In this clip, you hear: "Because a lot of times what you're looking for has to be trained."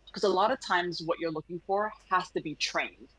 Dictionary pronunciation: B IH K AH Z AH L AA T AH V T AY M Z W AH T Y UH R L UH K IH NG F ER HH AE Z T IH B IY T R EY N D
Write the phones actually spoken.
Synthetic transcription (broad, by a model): K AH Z AH L AA T AH V T AY M Z W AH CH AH R L UH K IH NG F ER HH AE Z T IH B IY T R EY N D